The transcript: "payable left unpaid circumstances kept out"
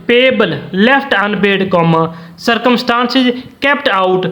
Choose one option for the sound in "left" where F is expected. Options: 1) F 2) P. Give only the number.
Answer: 2